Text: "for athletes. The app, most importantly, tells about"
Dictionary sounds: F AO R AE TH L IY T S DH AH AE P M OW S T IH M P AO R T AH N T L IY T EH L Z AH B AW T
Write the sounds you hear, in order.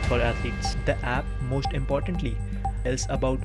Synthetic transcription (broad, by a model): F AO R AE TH IY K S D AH AE P M OW S T IH M P AO R T AH N T L IY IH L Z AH B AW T